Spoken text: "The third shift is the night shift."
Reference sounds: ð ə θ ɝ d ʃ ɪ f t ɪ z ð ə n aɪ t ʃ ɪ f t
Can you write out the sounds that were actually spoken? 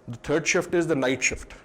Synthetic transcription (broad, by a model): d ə t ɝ d ʃ ɪ f t ɪ z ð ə n aɪ t ʃ ɪ f t